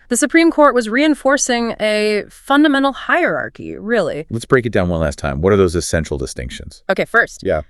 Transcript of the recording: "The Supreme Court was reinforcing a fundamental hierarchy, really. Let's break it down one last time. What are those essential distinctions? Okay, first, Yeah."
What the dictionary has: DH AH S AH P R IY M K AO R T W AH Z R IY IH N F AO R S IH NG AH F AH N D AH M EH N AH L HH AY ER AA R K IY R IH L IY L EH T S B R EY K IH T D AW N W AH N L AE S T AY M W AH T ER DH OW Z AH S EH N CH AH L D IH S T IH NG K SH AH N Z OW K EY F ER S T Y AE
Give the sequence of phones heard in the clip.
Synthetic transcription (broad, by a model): DH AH S AH P R IY M K AO R T W AH Z R IY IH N F AO R S IH NG AH F AH N D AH M EH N L HH AY ER AA R K IY R IH L IY L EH T S B R EY K IH T D AW N W AH N L AE S T AY M W AH T ER DH OW Z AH S EH N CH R L D IH S T IH NG K SH AH N Z OW K EY F ER S T Y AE